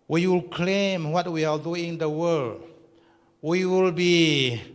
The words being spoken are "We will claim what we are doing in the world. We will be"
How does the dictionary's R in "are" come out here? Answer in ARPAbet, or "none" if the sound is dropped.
L